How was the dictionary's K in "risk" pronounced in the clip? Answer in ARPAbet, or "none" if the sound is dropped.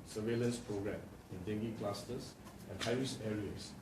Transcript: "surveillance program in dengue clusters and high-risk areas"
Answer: none